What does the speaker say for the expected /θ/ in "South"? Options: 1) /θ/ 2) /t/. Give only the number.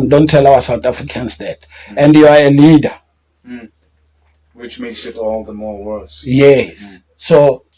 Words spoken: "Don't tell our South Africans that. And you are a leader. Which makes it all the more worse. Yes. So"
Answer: 2